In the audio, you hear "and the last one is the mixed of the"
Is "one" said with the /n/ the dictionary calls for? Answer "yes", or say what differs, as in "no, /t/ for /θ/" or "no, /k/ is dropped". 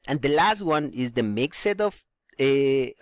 yes